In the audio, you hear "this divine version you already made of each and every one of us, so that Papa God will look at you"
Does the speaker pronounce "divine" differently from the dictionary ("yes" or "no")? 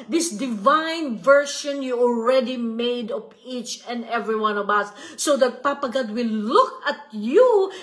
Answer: no